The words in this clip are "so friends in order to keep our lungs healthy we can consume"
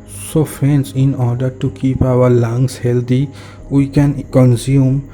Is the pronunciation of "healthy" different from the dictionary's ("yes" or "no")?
yes